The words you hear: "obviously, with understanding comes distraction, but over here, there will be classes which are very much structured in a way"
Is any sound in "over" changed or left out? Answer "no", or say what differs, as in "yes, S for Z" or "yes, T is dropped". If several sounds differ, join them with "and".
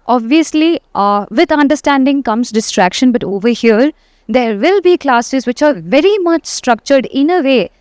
no